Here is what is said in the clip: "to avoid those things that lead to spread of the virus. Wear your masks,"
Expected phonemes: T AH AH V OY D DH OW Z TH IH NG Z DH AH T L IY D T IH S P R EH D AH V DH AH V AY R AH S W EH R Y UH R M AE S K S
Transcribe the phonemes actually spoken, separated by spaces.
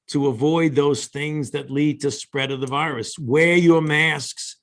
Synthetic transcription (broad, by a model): T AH AH V OY D DH OW Z TH IH NG Z DH AH T L IY D T IH S P R EH D AH V DH AH V AY R AH S W EH R Y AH R M AE S K S